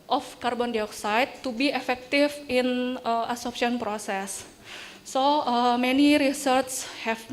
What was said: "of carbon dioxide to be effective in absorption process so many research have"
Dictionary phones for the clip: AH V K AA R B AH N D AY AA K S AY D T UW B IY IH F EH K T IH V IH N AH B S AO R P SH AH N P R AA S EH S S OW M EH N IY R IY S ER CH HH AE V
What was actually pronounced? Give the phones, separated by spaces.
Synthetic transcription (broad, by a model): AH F K AA R B AH N D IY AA K S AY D T UW B IY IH F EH K T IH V IH N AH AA S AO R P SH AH N P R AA S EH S S OW M EH N IY R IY S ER S HH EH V